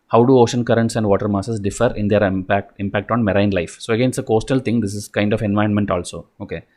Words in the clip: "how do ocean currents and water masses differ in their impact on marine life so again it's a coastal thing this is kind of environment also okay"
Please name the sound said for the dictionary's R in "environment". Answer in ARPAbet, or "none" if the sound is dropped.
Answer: none